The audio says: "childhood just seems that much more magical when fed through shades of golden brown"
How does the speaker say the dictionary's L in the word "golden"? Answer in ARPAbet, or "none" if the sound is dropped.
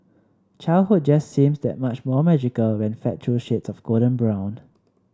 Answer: none